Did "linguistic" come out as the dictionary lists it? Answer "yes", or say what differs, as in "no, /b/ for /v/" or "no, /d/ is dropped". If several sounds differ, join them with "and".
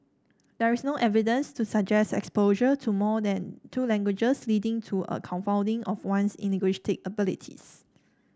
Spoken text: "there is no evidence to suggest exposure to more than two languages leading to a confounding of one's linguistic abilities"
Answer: no, /ŋ/ is dropped and /ʃ/ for /s/